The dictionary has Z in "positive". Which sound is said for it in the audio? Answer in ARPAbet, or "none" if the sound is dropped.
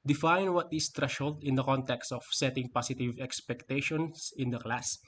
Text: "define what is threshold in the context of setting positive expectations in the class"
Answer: S